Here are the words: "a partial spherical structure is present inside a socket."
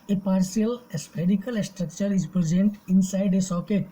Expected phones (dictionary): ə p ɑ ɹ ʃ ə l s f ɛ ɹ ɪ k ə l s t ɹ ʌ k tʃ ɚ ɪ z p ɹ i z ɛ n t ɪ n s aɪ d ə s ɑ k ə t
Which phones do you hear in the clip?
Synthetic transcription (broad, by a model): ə p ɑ ɹ s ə l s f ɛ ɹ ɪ k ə l s t ɹ ʌ k tʃ ɚ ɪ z p ɹ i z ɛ n t ɪ n s aɪ d ə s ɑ k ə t